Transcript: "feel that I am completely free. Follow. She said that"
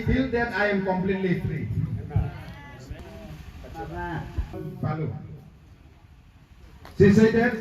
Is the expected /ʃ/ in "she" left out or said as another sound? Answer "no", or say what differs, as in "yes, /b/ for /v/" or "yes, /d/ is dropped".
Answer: yes, /s/ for /ʃ/